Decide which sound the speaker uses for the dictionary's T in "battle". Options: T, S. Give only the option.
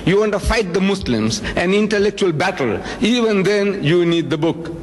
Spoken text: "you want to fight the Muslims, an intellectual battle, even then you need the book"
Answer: T